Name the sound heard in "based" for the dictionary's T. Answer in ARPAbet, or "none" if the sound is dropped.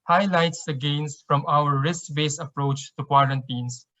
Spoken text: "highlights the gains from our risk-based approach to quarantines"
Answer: none